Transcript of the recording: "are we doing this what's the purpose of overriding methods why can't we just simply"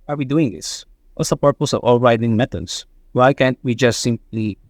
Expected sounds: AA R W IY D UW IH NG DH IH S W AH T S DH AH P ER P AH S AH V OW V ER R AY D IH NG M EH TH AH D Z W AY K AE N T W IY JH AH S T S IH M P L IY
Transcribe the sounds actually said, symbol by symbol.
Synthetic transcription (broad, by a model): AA R W IY D UW IH NG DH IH S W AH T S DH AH P ER P AH S AH V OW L R AY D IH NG M EH T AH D S W AY K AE N T W IY JH AH S T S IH M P L IY